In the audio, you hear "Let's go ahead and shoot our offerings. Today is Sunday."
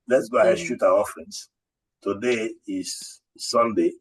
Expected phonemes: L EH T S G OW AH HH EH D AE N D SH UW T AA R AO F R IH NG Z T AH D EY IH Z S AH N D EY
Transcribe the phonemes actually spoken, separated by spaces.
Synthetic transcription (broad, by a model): L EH T S G OW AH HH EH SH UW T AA W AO F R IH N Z T AH D EY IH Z S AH N D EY